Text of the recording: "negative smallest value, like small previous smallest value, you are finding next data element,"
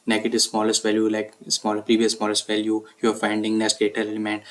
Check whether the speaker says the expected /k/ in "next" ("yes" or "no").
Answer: no